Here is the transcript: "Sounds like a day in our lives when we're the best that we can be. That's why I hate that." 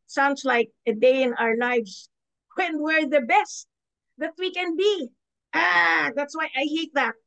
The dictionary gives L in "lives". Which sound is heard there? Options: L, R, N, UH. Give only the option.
N